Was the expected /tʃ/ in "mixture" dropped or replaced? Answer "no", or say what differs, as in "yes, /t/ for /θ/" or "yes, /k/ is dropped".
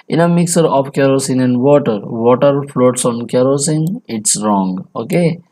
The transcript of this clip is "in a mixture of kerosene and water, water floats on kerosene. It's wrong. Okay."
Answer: yes, /tʃ/ is dropped